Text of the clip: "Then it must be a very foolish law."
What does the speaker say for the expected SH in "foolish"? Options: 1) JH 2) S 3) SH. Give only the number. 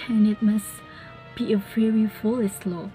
2